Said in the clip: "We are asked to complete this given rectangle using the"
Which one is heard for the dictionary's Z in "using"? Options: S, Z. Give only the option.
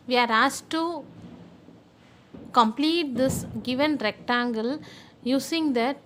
S